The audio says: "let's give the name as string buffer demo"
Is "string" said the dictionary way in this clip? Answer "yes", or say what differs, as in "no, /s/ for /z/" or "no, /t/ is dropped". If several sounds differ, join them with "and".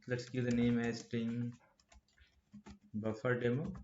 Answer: no, /ɹ/ is dropped